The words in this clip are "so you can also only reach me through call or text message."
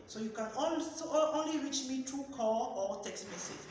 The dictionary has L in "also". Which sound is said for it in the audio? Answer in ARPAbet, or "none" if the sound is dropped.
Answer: N